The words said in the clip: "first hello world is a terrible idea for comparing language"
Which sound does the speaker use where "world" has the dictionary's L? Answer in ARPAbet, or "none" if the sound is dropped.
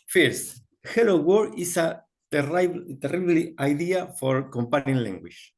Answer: none